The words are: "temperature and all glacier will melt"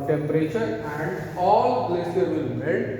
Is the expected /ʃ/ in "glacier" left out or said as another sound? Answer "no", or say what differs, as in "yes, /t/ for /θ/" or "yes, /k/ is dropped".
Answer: yes, /s/ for /ʃ/